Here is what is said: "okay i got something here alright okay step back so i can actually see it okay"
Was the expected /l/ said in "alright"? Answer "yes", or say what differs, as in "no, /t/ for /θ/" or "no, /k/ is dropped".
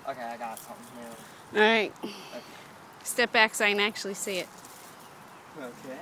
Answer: no, /l/ is dropped